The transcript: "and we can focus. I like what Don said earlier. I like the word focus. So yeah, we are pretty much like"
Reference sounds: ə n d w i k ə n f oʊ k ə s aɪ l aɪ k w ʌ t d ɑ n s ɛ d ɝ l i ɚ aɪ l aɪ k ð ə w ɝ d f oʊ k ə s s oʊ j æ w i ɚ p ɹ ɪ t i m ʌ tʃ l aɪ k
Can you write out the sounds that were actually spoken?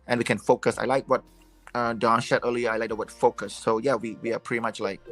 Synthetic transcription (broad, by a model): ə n w i k ə n f oʊ k ə s aɪ l aɪ k w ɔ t d ɑ n ʃ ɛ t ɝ l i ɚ aɪ l aɪ k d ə w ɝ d f oʊ k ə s s oʊ j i w i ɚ p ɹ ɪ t i m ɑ tʃ l aɪ k